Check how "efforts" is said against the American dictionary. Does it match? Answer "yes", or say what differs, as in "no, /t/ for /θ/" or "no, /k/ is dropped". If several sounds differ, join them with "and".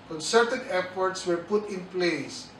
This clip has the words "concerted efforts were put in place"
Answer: no, /p/ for /f/